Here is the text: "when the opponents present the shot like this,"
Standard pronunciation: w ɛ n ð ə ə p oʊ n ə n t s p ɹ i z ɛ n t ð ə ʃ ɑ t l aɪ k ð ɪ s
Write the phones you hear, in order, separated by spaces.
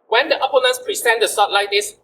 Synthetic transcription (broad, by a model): w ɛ n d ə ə p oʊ n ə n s p ɹ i s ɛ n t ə s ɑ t l aɪ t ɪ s